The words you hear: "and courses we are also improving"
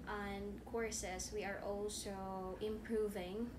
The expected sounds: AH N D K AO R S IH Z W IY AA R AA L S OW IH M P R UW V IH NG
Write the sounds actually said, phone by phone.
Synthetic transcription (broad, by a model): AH N K AO R S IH S W IY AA R AA L S OW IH M P R UW V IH NG